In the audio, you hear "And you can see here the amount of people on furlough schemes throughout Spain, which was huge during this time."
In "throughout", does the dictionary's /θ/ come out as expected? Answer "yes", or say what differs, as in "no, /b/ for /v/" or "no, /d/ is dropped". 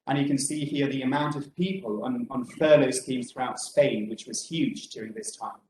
yes